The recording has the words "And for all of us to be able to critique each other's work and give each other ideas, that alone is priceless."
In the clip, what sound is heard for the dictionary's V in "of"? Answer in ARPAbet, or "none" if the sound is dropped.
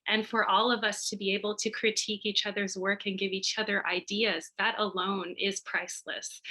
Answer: V